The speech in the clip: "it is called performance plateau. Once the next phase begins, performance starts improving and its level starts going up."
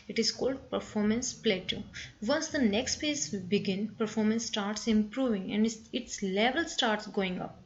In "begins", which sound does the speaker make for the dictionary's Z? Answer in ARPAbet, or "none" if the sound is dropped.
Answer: none